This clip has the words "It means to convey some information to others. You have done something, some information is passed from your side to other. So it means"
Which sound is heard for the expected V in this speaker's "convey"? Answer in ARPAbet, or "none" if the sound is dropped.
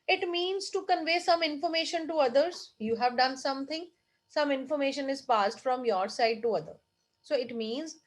V